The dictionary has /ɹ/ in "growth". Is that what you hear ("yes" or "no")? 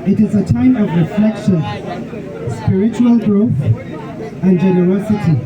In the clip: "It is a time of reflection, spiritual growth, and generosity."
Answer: yes